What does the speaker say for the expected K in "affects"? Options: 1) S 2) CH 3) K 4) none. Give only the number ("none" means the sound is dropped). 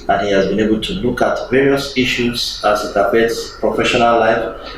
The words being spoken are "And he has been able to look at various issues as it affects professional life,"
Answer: 4